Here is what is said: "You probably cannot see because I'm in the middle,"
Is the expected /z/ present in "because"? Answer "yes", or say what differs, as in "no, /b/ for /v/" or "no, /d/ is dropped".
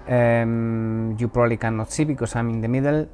no, /s/ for /z/